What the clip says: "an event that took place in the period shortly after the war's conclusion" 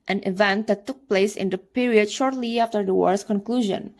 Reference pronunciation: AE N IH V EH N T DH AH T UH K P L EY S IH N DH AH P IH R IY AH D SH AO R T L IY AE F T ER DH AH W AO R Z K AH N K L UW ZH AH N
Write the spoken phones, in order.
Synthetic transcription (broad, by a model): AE N IH V EH N T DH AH T UH K P L EY S IH N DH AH P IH R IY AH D SH AO R T L IY AE F T ER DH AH W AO R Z K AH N K L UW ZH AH N